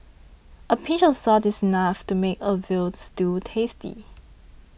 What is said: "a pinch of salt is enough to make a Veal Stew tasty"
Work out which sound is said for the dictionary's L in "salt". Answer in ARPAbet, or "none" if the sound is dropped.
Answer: none